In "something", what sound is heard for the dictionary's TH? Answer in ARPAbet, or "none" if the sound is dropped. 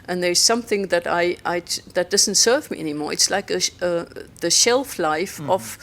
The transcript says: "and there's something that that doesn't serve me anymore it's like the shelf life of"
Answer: TH